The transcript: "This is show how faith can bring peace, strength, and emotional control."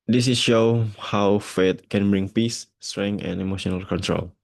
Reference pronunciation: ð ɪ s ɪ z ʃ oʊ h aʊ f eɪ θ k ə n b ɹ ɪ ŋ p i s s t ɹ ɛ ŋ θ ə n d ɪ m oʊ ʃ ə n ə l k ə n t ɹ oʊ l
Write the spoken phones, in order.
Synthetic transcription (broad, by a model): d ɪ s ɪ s ʃ oʊ h aʊ f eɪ t k ə n b ɹ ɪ ŋ p i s s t ɹ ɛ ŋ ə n ɪ m oʊ ʃ ə n ə l k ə n t ɹ oʊ l